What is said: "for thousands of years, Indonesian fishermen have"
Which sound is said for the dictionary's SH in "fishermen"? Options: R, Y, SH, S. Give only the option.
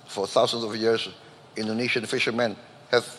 SH